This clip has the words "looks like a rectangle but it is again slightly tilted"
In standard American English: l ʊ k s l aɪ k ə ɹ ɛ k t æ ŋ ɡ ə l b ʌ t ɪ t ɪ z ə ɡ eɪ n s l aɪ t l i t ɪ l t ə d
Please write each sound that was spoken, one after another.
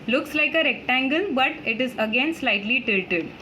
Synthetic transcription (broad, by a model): l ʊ k s l aɪ k ə ɹ ɛ k t æ ŋ ɡ ə l b ʌ t ɪ t ɪ z ə ɡ eɪ n s l aɪ t l i t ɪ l t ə d